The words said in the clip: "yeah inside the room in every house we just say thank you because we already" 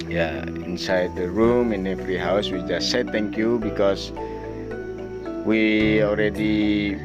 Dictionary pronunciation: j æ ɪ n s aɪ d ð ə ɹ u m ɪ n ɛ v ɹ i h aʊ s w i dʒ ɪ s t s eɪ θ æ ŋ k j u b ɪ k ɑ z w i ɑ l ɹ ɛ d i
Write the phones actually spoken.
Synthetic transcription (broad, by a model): j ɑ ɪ n s aɪ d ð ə ɹ u m ɪ n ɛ f ɹ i h aʊ s w i dʒ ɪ s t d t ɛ ŋ k j u b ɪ k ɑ s w i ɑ l ɹ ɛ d i